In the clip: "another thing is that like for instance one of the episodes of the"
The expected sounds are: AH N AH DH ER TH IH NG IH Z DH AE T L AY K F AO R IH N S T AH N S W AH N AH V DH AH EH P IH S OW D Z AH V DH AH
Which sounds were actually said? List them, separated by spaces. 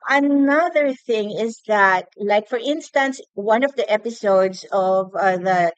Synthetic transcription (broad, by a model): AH N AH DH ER TH IH NG IH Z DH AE T L AY K F AO R IH N S T AH N S W AH N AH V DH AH EH P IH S OW D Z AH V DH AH